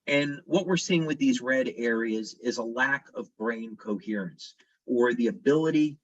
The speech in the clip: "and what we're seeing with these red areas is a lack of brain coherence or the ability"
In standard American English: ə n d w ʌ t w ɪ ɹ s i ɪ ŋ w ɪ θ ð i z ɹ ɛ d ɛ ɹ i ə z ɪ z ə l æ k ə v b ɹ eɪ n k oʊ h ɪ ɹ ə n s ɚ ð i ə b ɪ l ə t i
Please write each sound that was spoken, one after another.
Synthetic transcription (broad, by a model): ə n w ʌ t w ɪ ɹ s i ɪ ŋ w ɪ ð i z ɹ ɛ d ɛ ɹ i ə z ɪ z ə l æ k ə v b ɹ eɪ n k oʊ h ɪ ɹ ə n s ɚ ð i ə b ɪ l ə t i